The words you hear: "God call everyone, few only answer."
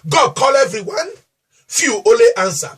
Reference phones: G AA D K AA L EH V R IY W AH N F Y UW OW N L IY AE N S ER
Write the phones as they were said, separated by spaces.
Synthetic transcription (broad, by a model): G AA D K AA L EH V R IY W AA N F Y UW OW L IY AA N S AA